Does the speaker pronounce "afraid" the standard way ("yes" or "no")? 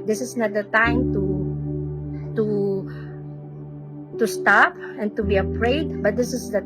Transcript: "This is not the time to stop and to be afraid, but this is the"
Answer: no